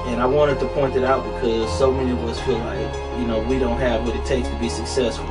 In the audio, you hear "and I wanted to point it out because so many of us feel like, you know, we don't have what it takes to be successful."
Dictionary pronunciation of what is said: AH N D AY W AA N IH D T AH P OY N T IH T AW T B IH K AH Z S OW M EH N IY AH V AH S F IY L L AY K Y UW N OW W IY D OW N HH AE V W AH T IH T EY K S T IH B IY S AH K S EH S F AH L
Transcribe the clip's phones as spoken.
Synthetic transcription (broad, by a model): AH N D AY W AA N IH D T AH P OY N T IH T AW T B IH K AH Z S OW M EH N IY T W AH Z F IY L L AY K Y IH N OW W IY D OW N HH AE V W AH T IH T EY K T IH B IY S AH K S EH S F L